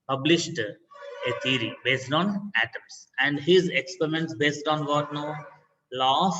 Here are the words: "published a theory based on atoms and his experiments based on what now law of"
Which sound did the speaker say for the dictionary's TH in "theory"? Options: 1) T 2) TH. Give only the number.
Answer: 1